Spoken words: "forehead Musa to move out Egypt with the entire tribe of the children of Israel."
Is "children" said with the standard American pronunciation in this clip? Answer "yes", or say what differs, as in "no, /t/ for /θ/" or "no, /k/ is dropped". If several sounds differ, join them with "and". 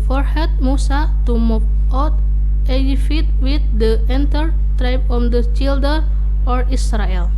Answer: no, /ɹ/ is dropped